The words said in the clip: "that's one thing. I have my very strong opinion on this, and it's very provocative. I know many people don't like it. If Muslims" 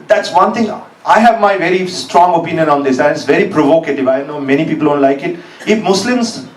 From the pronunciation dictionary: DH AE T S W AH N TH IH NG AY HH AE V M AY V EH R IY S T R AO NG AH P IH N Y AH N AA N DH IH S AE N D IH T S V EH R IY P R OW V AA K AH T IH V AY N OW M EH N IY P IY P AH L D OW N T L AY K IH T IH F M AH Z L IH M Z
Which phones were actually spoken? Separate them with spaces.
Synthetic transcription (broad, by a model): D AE T S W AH N T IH NG AY HH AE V M AY V EH R IY S T R AO NG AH P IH N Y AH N AA N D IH S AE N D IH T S V EH R IY P R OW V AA K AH T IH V AY N OW M EH N IY P IY P AH L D OW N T L AY K IH T IH F M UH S L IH M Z